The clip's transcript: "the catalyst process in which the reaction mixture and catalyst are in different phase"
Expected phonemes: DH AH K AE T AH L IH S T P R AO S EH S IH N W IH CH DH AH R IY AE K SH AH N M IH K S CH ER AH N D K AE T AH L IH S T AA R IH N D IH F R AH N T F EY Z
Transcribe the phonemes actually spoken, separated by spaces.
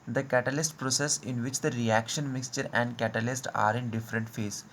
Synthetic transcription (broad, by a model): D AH K AE T AH L IH S T P R AO S EH S IH N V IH CH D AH R IY AE K SH AH N M IH K S CH ER AH N D K AE T AH L IH S T AA R IH N D IH F R AH N T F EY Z